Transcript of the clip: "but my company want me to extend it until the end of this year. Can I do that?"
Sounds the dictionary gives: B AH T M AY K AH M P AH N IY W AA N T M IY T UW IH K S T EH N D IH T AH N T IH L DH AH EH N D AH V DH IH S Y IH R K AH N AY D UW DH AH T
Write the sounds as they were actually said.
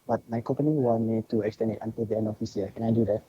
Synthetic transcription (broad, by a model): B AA T M AY K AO M P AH N IY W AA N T M IY T UW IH K S T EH N IH T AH N T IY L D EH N AH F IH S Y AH K AH N AY D UW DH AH T